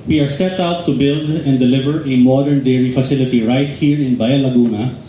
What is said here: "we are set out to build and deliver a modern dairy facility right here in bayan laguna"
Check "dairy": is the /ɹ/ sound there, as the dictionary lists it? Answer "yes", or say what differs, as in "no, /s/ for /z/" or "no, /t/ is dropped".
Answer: yes